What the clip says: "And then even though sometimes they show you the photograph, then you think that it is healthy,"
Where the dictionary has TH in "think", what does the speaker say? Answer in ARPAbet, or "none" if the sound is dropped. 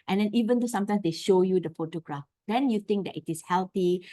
T